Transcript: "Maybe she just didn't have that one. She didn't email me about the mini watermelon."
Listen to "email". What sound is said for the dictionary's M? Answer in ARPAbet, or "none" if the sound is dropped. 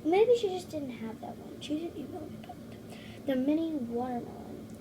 none